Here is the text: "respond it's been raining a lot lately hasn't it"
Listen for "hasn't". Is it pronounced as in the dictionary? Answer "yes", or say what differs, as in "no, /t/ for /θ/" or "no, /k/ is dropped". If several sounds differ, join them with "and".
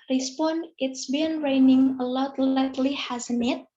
no, /t/ is dropped